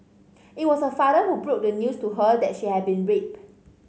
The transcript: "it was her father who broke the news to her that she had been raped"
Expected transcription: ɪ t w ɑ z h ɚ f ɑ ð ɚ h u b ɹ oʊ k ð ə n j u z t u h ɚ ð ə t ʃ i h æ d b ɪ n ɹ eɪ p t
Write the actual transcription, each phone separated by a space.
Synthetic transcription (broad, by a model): ɪ t w ɑ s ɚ f ɑ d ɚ h u b ɹ oʊ k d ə n j u s t u h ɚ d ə t ʃ i h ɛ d b ɪ n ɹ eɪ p